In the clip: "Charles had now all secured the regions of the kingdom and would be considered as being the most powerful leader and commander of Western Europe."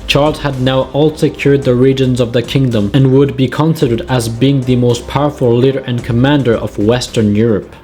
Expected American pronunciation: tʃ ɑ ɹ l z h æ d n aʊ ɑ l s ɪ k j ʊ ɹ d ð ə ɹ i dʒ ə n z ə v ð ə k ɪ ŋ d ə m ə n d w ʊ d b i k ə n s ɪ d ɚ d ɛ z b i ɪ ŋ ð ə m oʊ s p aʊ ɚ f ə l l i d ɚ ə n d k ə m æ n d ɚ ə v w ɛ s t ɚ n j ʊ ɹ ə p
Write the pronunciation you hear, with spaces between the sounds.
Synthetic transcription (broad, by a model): tʃ ɑ ɹ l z h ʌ d n aʊ ɑ l s ɪ k j ʊ ɹ d ð ə ɹ i dʒ ə n z ə v ð ə k ɪ ŋ d ə m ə n w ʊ d b i k ə n s ɪ d ɚ d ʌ z b i ɪ ŋ ð ə m oʊ s p aʊ ɚ f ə l l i d ɚ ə n k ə m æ n d ɚ ə v w ɛ s t ɚ n j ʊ ɹ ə p